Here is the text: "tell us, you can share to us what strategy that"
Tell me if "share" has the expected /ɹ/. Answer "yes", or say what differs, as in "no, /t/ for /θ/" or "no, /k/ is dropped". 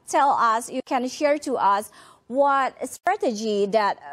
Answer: yes